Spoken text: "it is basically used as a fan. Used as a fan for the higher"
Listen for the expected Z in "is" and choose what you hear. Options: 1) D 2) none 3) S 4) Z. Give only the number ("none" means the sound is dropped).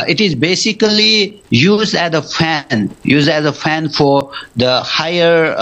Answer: 4